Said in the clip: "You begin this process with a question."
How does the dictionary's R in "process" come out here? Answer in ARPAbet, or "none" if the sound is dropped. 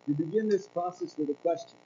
none